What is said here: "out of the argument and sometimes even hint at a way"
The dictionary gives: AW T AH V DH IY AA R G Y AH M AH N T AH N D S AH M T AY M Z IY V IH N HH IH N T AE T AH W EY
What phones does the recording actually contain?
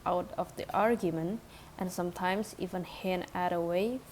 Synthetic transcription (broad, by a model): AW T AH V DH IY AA R G Y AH M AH N T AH N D S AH M T AY M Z IY V IH N HH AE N AE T AH W EY